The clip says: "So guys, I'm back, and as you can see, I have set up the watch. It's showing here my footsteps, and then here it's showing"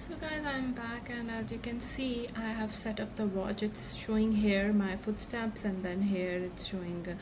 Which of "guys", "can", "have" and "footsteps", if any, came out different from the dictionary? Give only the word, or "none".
none